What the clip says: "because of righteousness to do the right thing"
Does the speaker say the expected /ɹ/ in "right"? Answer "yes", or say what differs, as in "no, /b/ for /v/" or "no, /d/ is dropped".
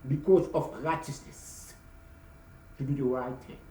yes